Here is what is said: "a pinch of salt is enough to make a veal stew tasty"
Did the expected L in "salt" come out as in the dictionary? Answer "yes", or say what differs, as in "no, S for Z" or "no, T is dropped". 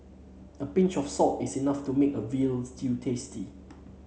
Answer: no, L is dropped